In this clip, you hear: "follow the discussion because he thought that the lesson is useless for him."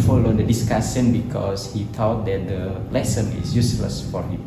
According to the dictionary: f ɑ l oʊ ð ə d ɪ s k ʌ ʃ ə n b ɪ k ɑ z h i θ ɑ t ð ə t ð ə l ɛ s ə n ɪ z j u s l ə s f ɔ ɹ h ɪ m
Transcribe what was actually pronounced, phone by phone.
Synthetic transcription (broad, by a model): f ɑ l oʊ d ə d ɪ s k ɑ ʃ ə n b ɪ k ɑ s h i t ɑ t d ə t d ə l ɛ s ə n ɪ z j u s l ə s f ɔ ɹ h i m